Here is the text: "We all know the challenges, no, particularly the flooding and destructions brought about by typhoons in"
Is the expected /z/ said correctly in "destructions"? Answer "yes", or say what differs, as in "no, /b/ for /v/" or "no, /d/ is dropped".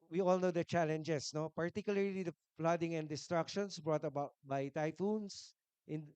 no, /s/ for /z/